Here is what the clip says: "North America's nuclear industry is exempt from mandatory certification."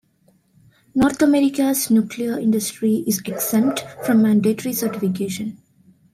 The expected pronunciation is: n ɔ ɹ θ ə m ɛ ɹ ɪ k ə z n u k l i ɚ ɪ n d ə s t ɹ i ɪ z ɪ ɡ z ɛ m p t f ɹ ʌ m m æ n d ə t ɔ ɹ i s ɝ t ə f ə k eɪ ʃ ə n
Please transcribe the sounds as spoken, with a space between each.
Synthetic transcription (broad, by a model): n ɔ ɹ t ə m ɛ ɹ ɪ k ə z n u k l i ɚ ɪ n d ə s t ɹ i ɪ z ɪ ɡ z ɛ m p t f ɹ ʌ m m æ n d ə t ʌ ɹ i s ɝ t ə f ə k eɪ ʃ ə n